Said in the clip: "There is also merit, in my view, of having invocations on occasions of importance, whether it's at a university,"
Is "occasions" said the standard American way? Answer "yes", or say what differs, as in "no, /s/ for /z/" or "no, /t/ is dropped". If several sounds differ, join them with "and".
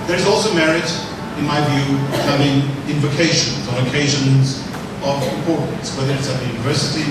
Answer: yes